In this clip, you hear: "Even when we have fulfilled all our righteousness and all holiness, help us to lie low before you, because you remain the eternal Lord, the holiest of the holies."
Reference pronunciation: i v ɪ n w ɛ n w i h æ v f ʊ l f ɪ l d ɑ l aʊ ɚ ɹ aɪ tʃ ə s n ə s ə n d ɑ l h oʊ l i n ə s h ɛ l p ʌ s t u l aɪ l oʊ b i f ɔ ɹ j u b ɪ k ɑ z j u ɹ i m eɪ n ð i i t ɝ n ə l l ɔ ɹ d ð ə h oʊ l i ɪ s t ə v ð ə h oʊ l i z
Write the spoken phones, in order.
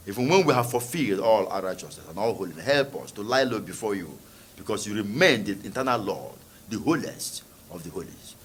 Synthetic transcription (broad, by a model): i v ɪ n w ɛ n w i h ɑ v f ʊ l f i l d ɑ l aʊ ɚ ɹ aɪ tʃ ə s n ə s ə n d ɑ l h oʊ l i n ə h ɛ l p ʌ s t u l aɪ l oʊ b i f ɔ j u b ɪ k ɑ s j u ɹ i m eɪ n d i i t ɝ n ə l l ɔ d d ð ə h oʊ l i ɪ s t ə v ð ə h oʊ l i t